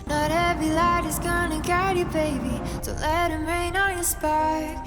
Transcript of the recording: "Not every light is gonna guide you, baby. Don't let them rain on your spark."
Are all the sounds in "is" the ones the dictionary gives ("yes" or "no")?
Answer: yes